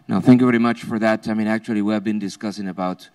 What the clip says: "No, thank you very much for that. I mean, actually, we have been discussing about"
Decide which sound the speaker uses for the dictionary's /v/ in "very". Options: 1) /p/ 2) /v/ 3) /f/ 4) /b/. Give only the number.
2